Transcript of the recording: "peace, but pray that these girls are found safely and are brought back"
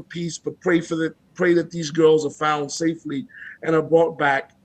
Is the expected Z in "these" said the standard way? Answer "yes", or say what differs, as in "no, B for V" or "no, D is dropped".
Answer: yes